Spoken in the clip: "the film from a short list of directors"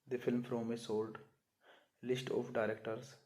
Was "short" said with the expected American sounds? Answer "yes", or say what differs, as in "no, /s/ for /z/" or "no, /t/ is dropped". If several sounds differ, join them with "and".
no, /s/ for /ʃ/